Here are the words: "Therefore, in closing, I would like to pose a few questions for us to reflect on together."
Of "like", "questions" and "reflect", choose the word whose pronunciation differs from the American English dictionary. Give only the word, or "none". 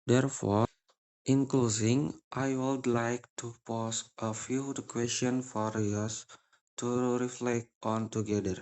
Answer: questions